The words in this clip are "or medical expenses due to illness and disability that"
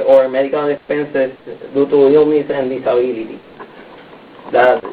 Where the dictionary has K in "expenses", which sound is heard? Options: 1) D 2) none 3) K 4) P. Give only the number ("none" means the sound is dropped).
2